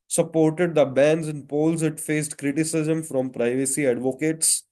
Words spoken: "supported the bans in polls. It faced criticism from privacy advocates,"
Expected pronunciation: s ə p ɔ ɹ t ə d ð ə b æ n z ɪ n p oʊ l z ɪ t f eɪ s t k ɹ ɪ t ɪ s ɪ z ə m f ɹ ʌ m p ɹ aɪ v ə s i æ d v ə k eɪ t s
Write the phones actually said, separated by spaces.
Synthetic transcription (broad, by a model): s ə p ɔ ɹ t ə d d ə b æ n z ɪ n p oʊ l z ɪ t f eɪ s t k ɹ ɪ t ɪ s ɪ z ə m f ɹ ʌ m p ɹ aɪ v ə s i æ d v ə k eɪ t s